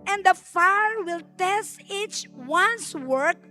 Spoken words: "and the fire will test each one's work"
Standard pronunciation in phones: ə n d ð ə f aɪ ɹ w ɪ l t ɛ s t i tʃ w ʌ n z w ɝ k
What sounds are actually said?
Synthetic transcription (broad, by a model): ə n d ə f aɪ ɹ w ɪ l t ɛ s t i tʃ w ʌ n s w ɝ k